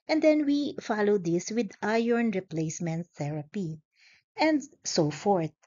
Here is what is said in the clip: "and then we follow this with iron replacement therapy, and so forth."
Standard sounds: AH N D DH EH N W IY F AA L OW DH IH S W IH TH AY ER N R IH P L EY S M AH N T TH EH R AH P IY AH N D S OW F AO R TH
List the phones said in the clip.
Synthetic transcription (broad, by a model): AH N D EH N W IY F AA L OW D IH S W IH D AY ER N R IH P L EY S M AH N T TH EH R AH P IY AH N D S OW F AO R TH